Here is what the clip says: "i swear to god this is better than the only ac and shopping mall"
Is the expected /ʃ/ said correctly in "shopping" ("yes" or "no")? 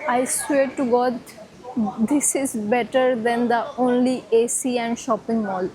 yes